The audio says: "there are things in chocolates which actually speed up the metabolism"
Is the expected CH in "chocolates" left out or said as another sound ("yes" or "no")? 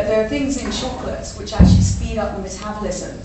yes